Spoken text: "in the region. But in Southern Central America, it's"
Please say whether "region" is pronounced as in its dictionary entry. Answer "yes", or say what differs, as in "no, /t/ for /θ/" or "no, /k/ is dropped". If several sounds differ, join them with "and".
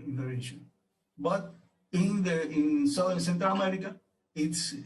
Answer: no, /ʃ/ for /dʒ/